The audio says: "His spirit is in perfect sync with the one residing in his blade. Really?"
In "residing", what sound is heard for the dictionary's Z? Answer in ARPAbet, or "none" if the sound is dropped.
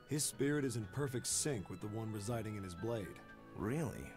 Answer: Z